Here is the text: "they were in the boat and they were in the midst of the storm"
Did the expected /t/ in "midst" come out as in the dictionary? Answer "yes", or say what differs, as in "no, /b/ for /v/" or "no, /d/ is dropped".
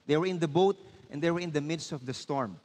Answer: yes